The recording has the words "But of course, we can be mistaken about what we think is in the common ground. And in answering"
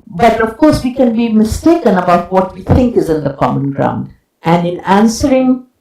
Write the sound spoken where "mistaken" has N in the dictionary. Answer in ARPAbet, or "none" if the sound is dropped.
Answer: N